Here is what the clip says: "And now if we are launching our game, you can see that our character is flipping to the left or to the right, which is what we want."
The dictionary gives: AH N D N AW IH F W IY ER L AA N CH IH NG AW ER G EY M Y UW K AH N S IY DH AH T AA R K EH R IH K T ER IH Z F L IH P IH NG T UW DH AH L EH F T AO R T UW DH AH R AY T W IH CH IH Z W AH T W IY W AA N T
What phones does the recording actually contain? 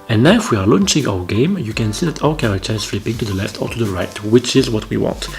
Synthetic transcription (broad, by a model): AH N N AW IH F W IY ER L AA N CH IH NG AW ER G EY M Y UW K AH N S IY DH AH T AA K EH R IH K T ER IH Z F L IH P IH NG T UW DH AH L EH F T AO R T UW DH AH R AY T W IH CH IH Z W AH T W IY W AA N T